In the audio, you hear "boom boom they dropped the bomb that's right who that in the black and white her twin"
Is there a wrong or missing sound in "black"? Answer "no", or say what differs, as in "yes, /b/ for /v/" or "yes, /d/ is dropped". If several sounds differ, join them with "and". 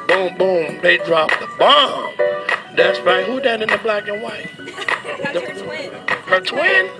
no